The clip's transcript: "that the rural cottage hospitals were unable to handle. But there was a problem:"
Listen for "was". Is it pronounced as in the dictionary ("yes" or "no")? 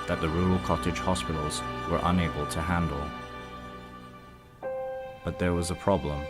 yes